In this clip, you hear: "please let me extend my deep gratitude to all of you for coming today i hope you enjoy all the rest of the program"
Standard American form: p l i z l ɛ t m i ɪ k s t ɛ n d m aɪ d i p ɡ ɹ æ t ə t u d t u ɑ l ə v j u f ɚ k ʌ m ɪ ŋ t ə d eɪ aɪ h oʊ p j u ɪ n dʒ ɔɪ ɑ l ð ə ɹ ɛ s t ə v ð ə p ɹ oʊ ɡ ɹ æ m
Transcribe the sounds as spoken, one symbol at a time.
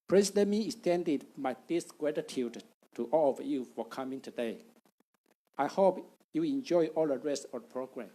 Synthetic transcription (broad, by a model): p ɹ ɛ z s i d m i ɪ s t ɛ n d m aɪ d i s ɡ ɹ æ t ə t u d t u ɑ l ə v j u f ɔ k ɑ m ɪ ŋ t ə d eɪ aɪ h oʊ p j u ɪ n dʒ ɔɪ ɑ l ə ɹ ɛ s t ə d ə p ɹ oʊ ɡ ɹ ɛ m